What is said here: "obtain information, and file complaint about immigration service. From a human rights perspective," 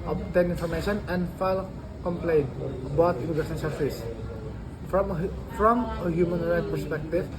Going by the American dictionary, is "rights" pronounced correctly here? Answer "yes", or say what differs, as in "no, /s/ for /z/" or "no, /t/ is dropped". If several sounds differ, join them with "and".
no, /s/ is dropped